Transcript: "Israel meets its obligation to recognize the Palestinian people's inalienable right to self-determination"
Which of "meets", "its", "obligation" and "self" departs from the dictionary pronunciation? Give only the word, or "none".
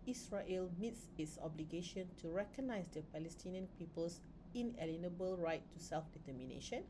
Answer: none